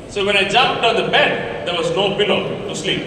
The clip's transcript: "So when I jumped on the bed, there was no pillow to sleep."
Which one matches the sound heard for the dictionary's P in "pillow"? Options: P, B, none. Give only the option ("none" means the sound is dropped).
B